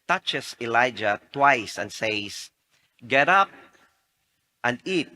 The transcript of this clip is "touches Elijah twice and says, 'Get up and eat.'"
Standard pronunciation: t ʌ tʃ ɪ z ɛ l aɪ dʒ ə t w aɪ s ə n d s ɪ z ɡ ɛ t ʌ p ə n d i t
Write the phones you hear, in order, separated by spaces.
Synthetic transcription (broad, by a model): t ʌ tʃ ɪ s ɛ l aɪ dʒ ə t w aɪ s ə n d s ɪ s ɡ ɛ t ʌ p ə n d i t